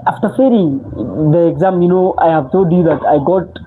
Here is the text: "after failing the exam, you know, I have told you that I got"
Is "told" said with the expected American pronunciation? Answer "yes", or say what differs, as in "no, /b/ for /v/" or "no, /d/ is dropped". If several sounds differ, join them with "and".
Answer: no, /l/ is dropped